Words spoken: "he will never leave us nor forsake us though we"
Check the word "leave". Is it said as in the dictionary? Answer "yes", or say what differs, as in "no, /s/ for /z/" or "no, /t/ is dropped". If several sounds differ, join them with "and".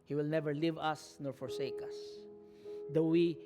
yes